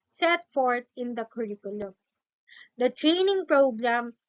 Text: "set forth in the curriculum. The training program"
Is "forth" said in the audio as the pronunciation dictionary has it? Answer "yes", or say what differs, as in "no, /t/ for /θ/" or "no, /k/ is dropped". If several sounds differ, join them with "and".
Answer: no, /t/ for /θ/